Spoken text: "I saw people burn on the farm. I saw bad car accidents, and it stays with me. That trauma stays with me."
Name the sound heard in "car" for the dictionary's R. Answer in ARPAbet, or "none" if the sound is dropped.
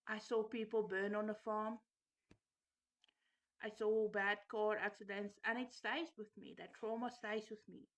R